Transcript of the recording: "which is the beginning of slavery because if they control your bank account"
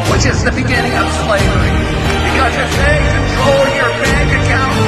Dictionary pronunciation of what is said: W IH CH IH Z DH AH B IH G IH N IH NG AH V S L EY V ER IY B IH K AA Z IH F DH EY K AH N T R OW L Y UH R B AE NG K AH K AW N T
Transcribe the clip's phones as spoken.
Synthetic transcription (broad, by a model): W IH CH IH Z DH AH B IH G IH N IH NG AH V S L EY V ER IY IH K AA IH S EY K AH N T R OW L Y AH R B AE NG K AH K AW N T